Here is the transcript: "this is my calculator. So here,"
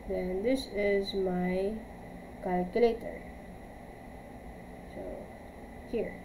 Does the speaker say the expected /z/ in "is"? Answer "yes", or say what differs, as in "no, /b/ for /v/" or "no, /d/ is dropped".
yes